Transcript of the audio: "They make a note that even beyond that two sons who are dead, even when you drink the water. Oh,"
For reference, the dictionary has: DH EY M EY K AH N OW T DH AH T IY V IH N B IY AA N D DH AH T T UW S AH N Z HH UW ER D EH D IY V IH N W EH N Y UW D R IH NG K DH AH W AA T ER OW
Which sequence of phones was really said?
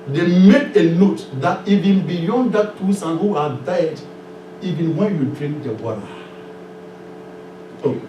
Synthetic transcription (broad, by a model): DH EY M EY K AH N OW T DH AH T IY V IH N B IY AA N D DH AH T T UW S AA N HH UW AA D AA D IY V IH N W EH N Y UW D R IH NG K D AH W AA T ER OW